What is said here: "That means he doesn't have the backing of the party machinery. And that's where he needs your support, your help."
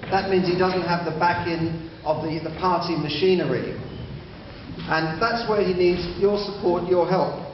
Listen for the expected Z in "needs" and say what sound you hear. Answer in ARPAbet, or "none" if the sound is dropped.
Z